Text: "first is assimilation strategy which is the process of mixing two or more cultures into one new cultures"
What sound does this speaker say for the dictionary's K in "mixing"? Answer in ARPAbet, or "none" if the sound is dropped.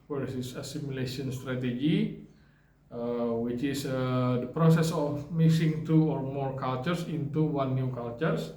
none